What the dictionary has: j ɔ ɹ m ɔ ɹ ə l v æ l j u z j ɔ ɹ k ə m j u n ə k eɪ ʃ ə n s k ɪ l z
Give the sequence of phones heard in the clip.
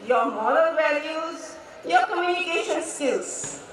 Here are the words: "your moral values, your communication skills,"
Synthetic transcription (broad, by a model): j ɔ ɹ m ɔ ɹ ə n v æ l j u z j ɔ ɹ k ə m j u n ə k eɪ ʃ ə n s k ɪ l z